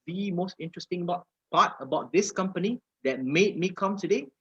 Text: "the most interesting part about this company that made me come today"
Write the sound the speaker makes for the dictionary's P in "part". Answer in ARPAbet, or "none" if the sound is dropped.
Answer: B